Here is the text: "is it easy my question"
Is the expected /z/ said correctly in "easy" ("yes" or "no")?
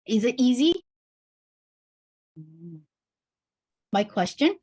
yes